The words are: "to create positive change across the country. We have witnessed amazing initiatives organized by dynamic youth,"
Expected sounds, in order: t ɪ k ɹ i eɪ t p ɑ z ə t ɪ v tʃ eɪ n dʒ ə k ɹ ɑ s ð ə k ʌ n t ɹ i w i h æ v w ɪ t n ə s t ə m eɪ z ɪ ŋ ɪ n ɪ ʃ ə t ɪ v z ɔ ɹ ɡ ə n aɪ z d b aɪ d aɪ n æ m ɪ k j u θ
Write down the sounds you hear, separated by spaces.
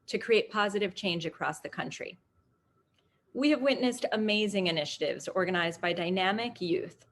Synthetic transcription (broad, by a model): t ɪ k ɹ i eɪ t p ɑ z ə t ɪ v tʃ eɪ n dʒ ə k ɹ ɑ s ð ə k ʌ n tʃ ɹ i w i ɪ v w ɪ t n ə s t ə m eɪ z ɪ ŋ ɪ n ɪ ʃ ə t ɪ v z ɔ ɹ ɡ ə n aɪ z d b aɪ d aɪ n æ m ɪ k j u θ